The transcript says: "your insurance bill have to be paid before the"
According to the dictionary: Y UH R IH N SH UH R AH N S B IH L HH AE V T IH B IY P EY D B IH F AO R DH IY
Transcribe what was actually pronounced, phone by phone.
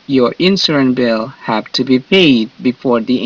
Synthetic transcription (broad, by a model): Y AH R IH N S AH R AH N B IH L HH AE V T IH B IY P EY D B IH F AO R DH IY